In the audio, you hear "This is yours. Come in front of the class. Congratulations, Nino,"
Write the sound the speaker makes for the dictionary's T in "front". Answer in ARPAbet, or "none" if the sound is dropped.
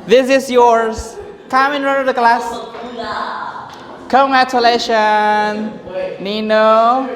none